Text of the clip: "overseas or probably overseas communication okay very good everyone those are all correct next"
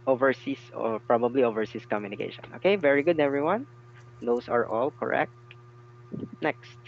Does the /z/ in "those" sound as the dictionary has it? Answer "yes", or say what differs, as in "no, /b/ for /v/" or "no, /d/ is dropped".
no, /s/ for /z/